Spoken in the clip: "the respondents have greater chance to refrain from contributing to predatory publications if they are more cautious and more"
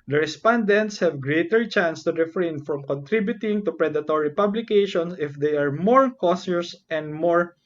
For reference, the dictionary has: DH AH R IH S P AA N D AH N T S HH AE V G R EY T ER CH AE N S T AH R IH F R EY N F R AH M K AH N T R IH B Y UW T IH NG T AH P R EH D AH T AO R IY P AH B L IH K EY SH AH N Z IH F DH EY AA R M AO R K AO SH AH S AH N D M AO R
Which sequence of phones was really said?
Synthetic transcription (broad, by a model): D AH R IH S P AA N D AH N T S HH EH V G R EY T ER CH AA N S T AH R IH F R EY N F R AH M K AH N T R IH B Y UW T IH NG T AH P R EH D AH T AO R IY P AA B L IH K EY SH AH N S IH F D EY AA R M AO R K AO S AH S AH N D M AO R